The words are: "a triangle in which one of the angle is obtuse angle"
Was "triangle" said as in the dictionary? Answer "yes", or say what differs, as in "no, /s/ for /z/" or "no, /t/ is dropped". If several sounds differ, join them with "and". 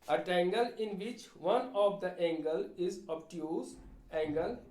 no, /ɹ/ is dropped